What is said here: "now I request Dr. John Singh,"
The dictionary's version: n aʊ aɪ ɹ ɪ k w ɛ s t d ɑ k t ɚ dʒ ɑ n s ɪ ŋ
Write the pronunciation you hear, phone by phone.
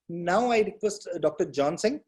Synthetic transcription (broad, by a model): n aʊ aɪ ɹ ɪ k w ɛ s t d ɑ k t ɚ dʒ ɑ n s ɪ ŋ